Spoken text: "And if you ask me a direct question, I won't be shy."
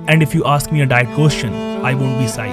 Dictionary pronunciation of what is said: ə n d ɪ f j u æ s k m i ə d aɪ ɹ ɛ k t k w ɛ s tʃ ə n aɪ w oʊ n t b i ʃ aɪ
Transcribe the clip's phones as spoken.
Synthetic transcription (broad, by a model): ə n d ɪ f j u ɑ s k m i ə d aɪ ɛ t k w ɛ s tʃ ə n aɪ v oʊ n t b i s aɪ